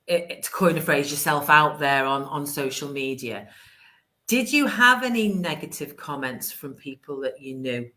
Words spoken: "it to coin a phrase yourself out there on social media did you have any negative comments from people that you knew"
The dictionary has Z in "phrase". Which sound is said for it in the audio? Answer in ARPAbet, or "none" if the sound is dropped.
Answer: Z